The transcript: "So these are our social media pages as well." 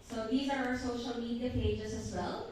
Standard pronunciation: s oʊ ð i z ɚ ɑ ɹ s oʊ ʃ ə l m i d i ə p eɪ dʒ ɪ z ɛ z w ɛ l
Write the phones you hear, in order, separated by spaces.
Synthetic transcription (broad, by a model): s oʊ ð i z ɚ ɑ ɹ s oʊ ʃ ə l m i d i ə p eɪ dʒ ɪ z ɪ z w ɛ l